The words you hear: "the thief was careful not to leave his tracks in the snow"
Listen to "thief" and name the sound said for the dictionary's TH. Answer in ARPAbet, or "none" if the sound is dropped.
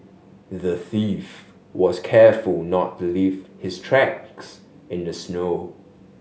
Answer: TH